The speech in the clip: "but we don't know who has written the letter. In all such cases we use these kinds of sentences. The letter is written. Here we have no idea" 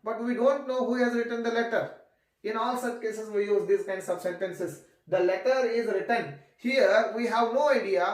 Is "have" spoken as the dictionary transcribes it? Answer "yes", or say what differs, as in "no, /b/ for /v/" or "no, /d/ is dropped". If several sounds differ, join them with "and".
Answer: yes